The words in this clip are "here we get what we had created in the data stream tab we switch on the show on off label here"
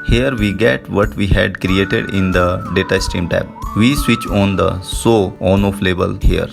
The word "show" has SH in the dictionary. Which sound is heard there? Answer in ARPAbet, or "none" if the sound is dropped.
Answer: S